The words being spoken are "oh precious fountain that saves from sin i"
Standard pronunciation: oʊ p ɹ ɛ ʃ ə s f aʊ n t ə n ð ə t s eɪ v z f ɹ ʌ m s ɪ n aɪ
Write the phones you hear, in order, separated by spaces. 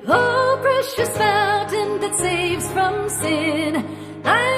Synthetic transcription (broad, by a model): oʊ p ɹ ɛ ʃ ə s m aʊ n t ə n ð ə t s eɪ v z f ɹ ʌ m s ɪ n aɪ